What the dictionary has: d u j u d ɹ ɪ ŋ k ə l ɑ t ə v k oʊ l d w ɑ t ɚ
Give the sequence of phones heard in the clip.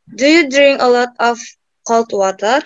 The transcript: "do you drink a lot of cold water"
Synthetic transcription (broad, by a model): d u j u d ɹ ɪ ŋ ə l ɑ t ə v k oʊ l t w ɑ t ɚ